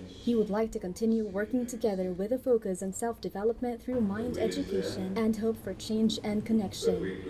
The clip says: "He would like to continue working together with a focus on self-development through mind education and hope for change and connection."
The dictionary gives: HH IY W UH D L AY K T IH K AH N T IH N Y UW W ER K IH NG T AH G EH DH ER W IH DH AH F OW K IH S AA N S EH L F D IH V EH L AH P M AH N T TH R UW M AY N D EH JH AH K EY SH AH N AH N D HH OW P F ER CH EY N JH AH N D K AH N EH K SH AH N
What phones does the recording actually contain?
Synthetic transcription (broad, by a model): HH IY W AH D L AY K T IH K AH N T IH N Y UW W ER K IH NG T AH G EH DH ER W IH DH AH F OW K IH S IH N S EH L F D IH V EH L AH P M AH N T TH R UW M AY N D EH JH AH K EY SH AH N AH N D HH OW P F ER CH EY N JH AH N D K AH N EH K SH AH N